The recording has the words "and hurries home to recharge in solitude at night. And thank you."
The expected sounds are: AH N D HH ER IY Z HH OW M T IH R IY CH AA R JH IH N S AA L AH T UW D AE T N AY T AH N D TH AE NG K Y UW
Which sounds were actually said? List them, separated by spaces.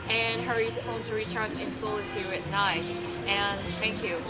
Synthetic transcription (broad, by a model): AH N HH ER IY Z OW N T IH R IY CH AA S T IH N S AA L AH T UW D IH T N AY T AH N TH AE NG K Y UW